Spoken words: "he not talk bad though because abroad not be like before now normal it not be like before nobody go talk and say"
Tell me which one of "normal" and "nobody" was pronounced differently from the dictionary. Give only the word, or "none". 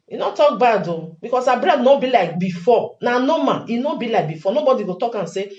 normal